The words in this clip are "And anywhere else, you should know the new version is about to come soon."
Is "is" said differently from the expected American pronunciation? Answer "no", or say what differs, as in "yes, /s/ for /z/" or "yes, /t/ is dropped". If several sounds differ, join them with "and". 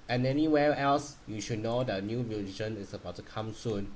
yes, /s/ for /z/